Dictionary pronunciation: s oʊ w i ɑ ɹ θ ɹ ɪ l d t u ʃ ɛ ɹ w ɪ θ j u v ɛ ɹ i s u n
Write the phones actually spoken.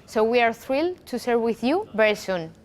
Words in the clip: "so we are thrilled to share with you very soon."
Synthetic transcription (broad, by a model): s oʊ w i ɑ ɹ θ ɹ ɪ l t u s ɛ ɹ w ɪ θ j u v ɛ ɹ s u n